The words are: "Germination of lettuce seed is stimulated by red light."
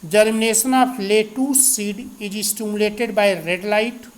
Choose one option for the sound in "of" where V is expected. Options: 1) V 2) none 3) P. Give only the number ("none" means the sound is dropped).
3